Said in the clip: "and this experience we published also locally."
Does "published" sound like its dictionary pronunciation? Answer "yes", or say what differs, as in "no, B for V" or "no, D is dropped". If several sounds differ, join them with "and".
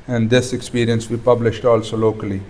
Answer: yes